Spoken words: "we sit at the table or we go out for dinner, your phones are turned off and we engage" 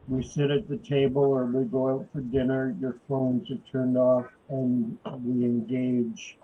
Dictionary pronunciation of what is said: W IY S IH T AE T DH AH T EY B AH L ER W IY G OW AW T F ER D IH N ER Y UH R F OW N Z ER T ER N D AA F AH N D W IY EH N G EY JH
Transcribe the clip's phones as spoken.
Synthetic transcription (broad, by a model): W IY S IH T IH T DH AH T EY B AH L ER W IY G OW AW T F ER D IH N ER Y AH R F OW N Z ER T ER N D AA F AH N W IY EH N G EY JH